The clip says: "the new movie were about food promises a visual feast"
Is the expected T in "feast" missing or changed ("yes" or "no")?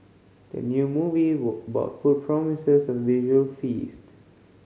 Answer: no